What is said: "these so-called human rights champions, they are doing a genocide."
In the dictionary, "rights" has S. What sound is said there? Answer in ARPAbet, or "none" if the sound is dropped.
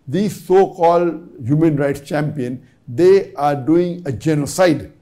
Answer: S